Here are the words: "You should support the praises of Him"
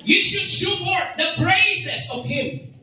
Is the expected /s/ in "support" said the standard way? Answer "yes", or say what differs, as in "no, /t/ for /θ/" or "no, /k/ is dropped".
no, /ʃ/ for /s/